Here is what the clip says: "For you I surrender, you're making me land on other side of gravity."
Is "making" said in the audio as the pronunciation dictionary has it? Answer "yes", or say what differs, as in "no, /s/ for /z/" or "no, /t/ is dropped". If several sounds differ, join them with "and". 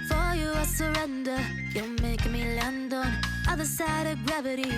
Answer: no, /k/ is dropped